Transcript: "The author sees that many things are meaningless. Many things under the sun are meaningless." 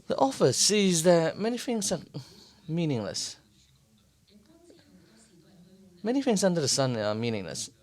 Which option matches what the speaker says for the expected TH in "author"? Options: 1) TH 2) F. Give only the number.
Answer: 2